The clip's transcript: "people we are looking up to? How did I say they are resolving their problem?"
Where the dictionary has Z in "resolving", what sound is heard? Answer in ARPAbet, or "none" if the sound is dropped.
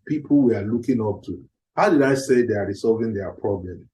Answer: S